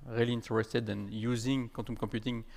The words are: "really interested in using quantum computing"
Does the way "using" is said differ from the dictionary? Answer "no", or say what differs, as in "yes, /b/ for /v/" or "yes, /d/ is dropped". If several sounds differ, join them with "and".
no